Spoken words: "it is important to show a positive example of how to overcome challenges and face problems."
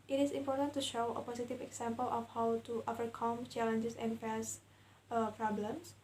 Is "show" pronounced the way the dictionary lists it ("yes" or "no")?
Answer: yes